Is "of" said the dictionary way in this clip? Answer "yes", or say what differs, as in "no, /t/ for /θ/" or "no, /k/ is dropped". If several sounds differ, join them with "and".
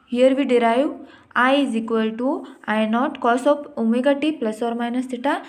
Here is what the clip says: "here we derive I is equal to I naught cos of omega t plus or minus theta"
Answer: no, /p/ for /v/